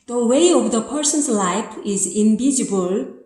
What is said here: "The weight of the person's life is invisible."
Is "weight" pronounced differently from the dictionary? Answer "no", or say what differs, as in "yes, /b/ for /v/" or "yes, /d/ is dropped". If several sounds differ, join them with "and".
yes, /t/ is dropped